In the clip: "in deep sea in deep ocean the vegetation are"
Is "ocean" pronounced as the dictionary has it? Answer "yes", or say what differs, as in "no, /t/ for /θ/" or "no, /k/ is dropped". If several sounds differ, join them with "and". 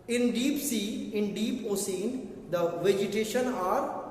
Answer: no, /s/ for /ʃ/